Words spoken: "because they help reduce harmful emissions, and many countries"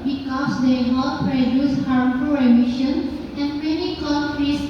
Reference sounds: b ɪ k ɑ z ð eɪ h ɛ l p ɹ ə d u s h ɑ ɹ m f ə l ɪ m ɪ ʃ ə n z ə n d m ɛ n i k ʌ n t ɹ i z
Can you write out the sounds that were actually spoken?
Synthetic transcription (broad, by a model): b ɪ k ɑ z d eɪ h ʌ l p ɹ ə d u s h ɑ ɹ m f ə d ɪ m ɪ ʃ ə n ə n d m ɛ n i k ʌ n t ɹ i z